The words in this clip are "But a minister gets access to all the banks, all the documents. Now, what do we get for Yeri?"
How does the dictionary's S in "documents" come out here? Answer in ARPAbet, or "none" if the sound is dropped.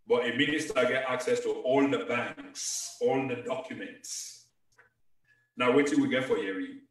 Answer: S